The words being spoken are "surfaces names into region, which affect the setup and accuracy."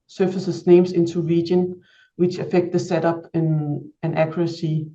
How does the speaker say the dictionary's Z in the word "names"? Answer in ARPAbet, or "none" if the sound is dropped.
S